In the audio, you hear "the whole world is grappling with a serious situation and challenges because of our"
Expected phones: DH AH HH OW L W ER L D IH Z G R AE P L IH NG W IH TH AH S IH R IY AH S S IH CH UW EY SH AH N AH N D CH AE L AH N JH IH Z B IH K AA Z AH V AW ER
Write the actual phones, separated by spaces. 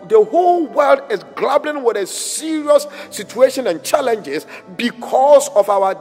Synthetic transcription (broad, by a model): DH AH HH OW L W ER L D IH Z G L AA B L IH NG W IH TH AH S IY R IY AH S S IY CH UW EY SH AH N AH N CH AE L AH N JH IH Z B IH K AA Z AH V AW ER